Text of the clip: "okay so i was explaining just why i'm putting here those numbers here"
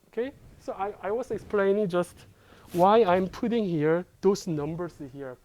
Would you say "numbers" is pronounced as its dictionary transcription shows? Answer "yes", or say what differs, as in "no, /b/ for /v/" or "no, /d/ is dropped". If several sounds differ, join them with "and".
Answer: no, /s/ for /z/